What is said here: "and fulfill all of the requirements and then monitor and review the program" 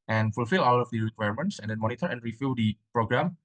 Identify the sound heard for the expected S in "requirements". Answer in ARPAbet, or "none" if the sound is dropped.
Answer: S